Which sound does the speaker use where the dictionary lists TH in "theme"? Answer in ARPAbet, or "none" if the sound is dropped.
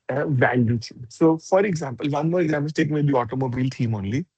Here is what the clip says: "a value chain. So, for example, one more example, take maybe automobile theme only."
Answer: T